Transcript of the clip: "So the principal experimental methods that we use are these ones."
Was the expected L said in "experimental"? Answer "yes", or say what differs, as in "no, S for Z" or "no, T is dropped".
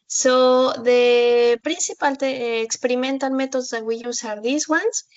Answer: no, N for L